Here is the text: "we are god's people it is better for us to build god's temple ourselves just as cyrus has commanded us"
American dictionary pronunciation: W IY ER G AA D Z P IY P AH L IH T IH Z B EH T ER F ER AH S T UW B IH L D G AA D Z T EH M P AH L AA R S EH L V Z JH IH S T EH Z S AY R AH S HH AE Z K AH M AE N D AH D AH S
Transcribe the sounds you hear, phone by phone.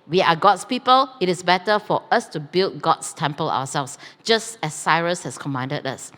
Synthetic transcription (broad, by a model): W IY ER G AA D S P IY P AH L IH T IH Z B EH T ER F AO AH S T UW B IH L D G AA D S T EH M P AH L AA W S EH L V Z JH IH S T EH S AY R AH S HH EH S K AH M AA N D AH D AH S